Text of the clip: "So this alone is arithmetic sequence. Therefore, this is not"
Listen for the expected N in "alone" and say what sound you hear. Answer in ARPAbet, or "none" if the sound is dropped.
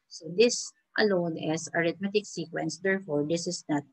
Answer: N